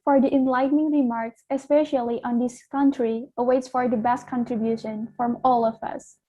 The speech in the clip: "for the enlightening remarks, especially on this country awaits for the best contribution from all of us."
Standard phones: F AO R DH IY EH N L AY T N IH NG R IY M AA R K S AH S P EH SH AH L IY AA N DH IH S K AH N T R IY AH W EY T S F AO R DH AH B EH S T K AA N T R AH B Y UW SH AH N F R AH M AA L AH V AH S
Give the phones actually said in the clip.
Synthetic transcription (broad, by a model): F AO R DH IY EH N L AY T N IH NG R IY M AA R K S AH S P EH SH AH L IY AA N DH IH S K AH N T R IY AH W EY T S F AO R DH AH B EH S T K AA N T R AH B Y UW SH AH N F R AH M AA L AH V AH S